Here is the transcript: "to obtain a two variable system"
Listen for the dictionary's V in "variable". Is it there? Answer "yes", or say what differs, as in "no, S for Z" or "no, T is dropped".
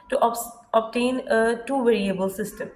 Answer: yes